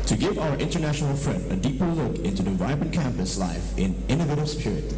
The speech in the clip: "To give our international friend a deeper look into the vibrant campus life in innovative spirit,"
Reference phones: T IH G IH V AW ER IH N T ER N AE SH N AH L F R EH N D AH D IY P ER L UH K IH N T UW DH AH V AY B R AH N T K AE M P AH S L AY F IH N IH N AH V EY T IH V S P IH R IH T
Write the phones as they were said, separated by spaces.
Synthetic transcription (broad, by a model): T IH G IH V AW ER IH N T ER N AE SH N L F R EH N D AH D IY P ER L UH K IH N T UW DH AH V AY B AH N K AE M P AH S L AY F IH N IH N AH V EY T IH B S P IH R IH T